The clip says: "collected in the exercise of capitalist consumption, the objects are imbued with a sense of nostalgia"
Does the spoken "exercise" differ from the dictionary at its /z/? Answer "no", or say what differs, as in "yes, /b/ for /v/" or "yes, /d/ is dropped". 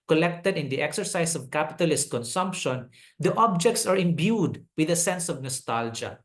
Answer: yes, /s/ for /z/